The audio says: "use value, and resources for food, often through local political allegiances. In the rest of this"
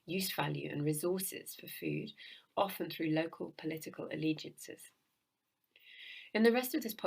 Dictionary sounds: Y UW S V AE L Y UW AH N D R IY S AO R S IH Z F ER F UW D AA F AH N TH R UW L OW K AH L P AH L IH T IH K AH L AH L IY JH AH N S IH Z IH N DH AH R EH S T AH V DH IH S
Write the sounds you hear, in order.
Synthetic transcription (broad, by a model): Y UW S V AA L Y UW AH N R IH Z AO S IH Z F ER F UW D AA F AH N TH R UW L OW K AH L P AH L IH T IH K AH L AH L IY JH AH N S IH Z IH N DH AH R EH S T AH V DH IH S